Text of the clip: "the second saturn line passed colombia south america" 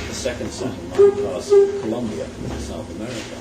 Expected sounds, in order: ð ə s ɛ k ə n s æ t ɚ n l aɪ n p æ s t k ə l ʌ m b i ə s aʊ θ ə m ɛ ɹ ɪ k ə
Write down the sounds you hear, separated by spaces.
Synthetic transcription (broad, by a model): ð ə s ɛ k ə n s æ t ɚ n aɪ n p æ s k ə l ʌ m b i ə s aʊ θ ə m ɛ ɹ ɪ k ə